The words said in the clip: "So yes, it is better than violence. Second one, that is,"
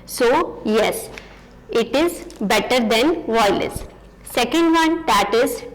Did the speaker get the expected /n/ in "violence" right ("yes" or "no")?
no